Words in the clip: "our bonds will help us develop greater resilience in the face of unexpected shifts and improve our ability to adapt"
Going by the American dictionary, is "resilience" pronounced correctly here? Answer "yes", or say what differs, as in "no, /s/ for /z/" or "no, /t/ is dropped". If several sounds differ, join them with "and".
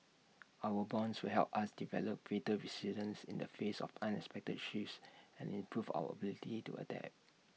no, /s/ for /z/